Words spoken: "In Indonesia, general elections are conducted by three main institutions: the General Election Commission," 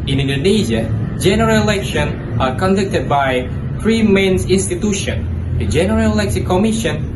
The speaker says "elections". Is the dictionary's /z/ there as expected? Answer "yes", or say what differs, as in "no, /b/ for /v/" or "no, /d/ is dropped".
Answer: no, /z/ is dropped